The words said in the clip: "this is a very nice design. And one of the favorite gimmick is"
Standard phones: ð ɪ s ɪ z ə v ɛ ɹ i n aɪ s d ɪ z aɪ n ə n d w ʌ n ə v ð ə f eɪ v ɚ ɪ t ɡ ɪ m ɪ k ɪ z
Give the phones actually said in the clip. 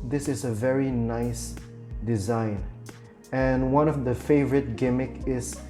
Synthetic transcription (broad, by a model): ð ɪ s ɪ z ə v ɛ ɹ i n aɪ s d ɪ z aɪ n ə n w ʌ n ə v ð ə f eɪ v ɚ ɪ t ɡ ɪ m ɪ k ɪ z